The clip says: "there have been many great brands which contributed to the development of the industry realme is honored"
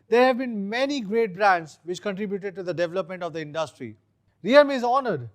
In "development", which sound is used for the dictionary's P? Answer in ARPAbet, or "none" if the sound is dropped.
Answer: P